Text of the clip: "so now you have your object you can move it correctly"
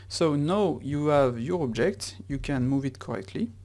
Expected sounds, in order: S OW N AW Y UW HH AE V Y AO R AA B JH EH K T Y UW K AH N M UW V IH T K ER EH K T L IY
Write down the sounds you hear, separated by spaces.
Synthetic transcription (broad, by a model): S OW N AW Y UW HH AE V Y AO R AA B JH EH K T Y UW K AH N M UW V IH T K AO EH K T L IY